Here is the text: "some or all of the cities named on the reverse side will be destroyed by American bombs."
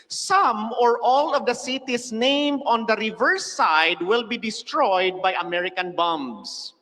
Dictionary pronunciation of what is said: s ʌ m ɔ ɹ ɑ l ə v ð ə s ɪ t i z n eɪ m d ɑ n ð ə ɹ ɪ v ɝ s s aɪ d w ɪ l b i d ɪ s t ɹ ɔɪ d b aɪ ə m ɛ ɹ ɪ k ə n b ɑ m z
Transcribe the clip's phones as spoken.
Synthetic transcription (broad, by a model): s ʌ m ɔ ɹ ɑ l ə v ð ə s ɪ t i s n eɪ m d ɑ n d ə ɹ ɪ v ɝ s s aɪ d w ɪ l b i d ɪ s t ɹ ɔɪ d b aɪ ə m ɛ ɹ ɪ k ə n b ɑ m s